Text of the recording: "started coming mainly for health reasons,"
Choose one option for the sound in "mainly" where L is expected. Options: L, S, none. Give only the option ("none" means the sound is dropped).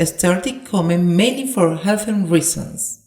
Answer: none